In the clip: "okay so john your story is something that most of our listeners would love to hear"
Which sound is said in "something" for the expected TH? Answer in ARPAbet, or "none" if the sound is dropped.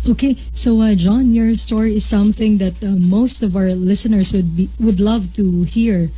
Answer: TH